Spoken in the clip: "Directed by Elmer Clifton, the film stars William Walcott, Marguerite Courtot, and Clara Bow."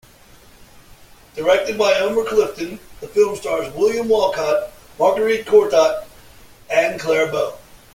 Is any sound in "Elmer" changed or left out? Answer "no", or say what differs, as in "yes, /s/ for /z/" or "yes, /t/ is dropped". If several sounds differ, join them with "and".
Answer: yes, /l/ is dropped